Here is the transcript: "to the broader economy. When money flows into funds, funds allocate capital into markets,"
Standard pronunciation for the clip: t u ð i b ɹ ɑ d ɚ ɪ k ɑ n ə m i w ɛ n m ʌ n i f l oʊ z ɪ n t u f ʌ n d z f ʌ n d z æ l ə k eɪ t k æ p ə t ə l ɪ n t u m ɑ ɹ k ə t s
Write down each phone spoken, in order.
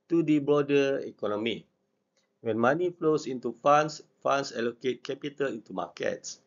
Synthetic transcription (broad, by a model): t u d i b ɑ d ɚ ɪ k ɑ n ə m i w ɛ n m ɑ n i f l oʊ s ɪ n t u f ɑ n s f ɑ n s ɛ l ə k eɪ t k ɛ p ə t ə l ɪ n t u m ɑ k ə t s